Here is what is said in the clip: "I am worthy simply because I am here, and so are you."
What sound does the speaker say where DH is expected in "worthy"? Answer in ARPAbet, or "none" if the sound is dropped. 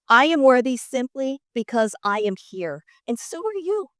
DH